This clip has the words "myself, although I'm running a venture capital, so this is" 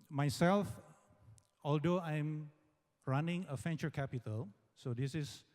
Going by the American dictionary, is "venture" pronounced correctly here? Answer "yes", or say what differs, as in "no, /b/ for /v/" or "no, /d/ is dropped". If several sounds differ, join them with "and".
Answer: no, /f/ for /v/